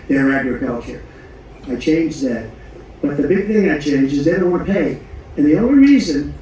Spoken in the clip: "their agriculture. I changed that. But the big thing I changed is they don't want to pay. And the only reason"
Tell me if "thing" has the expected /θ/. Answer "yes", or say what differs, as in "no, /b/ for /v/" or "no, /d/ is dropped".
yes